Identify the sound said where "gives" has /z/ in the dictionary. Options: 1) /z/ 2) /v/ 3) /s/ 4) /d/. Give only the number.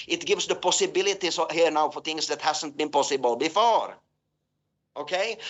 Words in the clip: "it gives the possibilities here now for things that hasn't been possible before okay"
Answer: 3